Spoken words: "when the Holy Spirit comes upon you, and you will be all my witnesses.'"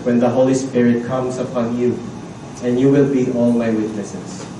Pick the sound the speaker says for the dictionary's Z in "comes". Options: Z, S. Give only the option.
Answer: S